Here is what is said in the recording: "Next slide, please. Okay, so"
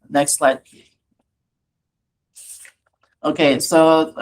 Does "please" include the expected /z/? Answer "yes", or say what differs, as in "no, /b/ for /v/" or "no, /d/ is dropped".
no, /z/ is dropped